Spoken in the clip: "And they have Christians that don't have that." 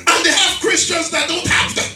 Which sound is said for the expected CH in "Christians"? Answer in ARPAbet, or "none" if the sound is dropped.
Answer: CH